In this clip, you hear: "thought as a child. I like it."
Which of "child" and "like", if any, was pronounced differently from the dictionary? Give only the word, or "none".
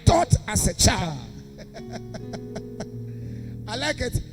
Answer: child